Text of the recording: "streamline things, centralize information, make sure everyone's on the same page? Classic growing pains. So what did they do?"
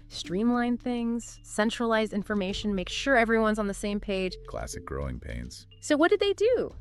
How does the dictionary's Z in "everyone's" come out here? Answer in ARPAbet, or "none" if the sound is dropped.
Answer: Z